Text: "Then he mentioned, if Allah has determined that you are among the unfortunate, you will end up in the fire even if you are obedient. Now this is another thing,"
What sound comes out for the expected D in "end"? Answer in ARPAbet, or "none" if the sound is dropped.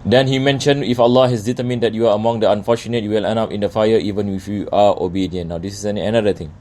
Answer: none